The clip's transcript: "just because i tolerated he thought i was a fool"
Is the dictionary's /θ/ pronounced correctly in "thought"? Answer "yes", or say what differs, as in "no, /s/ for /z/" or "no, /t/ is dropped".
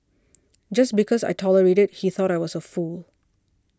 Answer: yes